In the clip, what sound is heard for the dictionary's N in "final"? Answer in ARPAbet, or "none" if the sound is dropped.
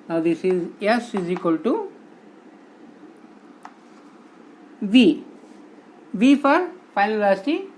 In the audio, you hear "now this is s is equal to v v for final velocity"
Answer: none